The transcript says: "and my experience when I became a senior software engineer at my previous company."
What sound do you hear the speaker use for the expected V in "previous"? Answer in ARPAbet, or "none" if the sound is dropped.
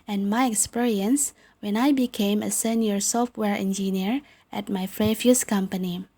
F